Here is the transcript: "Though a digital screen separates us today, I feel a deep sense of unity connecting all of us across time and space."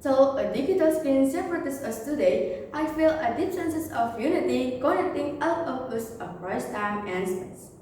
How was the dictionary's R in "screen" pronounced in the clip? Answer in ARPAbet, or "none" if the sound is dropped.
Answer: none